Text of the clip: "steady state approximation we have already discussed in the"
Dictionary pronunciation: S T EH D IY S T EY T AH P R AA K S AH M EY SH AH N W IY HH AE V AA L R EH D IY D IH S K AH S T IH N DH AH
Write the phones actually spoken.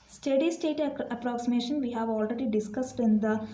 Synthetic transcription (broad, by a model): S T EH D IY S T EY T AH P R AA K S AH M EY SH AH N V IY HH AE V AA L R EH D IY D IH S K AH S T IH N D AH